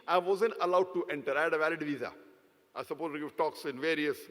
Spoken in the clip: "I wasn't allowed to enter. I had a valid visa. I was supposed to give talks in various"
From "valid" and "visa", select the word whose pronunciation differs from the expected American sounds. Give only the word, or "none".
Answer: none